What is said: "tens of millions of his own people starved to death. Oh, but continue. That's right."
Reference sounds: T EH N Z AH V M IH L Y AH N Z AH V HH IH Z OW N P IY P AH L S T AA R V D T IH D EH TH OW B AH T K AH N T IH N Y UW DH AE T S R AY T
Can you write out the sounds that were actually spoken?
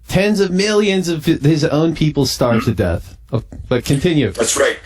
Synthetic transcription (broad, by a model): T EH N Z AH V M IH L Y AH N Z AH V IH Z OW N P IY P L S T AA R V T IH D EH TH OW B AH T K AH N T IH N Y UW DH AE T S R AY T